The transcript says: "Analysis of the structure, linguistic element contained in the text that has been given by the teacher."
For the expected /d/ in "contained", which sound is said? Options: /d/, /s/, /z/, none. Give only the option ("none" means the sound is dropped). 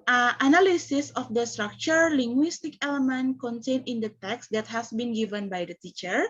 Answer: none